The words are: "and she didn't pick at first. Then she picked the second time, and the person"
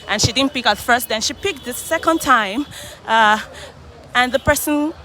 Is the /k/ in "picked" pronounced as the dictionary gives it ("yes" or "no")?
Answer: yes